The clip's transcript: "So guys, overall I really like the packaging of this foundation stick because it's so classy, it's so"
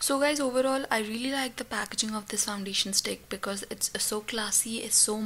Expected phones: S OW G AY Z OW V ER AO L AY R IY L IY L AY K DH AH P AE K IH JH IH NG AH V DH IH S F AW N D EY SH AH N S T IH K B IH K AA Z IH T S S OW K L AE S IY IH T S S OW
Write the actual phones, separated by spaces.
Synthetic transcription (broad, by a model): S OW G AY Z OW V ER AO L AY R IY L IY L AY K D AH P AE K IH JH IH NG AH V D IH S F AW N D EY SH AH N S T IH K B IH K AA Z IH T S S OW K L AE S IY IH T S S OW